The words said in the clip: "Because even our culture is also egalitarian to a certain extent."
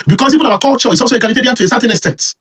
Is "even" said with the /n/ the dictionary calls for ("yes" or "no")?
no